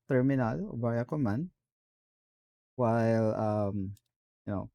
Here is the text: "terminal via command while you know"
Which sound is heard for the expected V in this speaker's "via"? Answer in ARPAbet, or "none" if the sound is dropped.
B